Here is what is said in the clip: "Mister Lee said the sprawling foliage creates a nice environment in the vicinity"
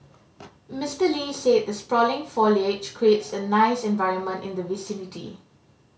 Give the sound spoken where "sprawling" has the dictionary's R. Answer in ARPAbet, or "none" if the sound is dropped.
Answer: R